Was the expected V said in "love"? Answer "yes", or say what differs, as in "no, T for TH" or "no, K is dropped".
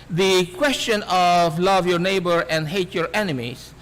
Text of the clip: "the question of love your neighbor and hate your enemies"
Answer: yes